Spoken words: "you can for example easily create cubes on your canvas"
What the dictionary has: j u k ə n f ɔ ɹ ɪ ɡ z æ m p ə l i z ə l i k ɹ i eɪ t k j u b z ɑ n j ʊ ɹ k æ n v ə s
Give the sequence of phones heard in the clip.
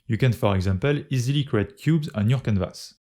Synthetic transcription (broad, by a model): j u k ə n f ɔ ɹ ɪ ɡ z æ m p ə l i z ə l i k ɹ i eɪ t k j u b z ɑ n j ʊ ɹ k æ n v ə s